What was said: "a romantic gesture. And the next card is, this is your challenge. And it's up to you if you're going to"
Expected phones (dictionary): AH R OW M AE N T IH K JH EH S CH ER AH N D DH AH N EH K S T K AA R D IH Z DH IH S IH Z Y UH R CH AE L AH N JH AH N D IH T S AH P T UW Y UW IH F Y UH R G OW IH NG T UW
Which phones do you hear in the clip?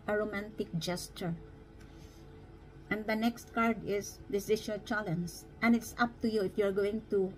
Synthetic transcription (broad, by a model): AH R OW M AE N T IH K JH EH S CH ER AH N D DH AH N EH K S T K AA R D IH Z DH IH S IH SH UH CH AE L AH N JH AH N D IH T S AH P T UW Y UW IH F Y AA R G OW IH NG T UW